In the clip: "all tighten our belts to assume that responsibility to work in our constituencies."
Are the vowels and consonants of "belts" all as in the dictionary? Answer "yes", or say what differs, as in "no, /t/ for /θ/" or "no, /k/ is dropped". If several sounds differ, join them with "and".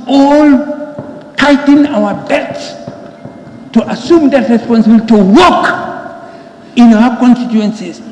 no, /l/ is dropped